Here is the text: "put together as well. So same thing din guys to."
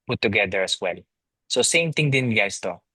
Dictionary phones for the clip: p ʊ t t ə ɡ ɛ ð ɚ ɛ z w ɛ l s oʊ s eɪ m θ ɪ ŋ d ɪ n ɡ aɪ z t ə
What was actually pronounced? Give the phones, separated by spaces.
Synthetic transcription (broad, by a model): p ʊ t t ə ɡ ɛ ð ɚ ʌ s w ɛ l s oʊ s eɪ m t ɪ ŋ d ɪ n ɡ aɪ s t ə